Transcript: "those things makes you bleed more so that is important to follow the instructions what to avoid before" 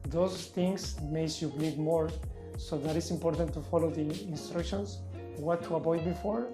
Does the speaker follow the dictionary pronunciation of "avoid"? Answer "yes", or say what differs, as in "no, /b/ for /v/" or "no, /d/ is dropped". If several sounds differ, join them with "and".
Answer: no, /b/ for /v/